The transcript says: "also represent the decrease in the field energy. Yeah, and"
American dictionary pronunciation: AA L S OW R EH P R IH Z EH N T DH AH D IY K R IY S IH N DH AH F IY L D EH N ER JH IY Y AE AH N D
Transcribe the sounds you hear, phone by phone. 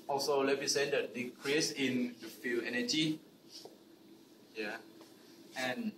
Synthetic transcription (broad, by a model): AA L S OW L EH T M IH S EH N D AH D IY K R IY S IH N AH F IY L EH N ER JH IY Y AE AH N